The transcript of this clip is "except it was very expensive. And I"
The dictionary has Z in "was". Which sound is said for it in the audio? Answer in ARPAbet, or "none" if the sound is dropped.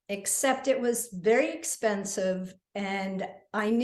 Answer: Z